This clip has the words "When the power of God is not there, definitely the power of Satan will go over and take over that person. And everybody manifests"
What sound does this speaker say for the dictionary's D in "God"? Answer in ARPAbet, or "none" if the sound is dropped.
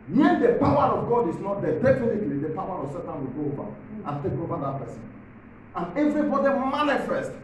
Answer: D